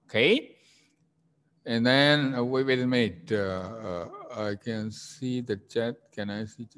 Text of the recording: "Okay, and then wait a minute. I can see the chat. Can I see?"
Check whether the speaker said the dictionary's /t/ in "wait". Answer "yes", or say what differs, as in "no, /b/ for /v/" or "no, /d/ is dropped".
no, /t/ is dropped